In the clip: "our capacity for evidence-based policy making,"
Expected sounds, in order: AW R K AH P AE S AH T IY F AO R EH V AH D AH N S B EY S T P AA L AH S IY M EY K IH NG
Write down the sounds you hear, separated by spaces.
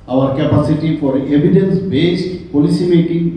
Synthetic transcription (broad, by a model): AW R K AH P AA S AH T IY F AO R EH B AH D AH N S B EY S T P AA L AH S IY M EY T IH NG